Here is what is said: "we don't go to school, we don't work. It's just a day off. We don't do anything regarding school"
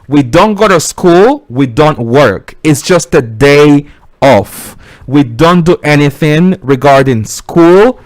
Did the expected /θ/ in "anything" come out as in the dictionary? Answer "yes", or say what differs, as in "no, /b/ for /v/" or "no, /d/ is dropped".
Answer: yes